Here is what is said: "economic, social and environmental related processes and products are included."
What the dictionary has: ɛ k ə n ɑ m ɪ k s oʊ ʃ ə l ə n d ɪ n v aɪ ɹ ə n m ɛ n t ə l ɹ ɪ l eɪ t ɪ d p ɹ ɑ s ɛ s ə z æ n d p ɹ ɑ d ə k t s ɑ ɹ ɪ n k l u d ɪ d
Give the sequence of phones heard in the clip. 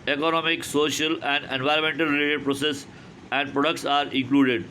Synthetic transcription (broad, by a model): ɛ k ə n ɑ m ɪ k s oʊ ʃ ə l ə n d ɪ n v aɪ ɹ ə n m ɛ n t ə l ɹ ɪ l eɪ t ɪ d p ɹ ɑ s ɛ s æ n d p ɹ ɑ d ə k t s ɑ ɹ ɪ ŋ k l u d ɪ d